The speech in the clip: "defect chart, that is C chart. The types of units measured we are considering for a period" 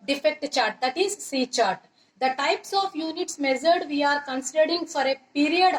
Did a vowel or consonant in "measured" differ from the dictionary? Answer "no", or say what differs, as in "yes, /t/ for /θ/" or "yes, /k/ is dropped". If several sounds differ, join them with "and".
yes, /z/ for /ʒ/